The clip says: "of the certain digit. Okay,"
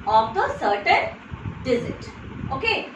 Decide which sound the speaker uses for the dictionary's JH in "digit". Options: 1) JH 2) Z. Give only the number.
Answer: 2